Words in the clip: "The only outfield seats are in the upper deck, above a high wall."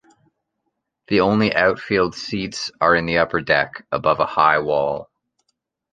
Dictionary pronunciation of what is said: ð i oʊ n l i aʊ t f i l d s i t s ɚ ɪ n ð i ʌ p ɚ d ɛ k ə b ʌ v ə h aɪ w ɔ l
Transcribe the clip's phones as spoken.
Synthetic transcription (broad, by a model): ð i oʊ n l i aʊ t f i l d s i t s ɚ ɪ n ð i ʌ p ɚ d ɛ k ə b ʌ v ə h aɪ w ɔ l